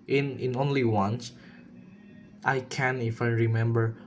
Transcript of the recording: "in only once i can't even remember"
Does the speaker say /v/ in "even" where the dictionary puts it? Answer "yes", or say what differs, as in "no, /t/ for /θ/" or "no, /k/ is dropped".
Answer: no, /f/ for /v/